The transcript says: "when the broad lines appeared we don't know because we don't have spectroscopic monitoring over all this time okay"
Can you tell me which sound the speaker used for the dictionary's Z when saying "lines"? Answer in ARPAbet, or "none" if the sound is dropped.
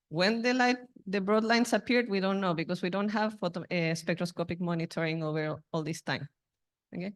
S